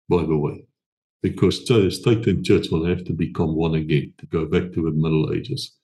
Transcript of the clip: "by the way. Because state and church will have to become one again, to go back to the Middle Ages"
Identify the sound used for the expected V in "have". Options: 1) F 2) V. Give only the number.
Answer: 1